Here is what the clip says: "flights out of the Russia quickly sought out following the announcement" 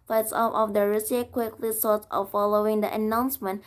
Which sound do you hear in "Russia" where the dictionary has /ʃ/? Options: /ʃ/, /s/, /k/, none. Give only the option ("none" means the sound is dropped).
/s/